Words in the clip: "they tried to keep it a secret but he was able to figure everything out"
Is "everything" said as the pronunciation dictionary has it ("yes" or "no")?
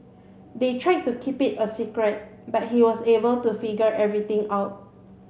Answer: no